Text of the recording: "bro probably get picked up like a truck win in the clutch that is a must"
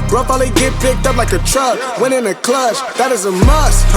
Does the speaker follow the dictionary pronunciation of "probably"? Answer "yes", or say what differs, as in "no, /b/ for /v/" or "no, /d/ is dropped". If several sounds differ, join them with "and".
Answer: no, /ɹ/ is dropped and /b/ is dropped